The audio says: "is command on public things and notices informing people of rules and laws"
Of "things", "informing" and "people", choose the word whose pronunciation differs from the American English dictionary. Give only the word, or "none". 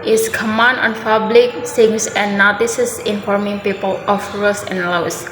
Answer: things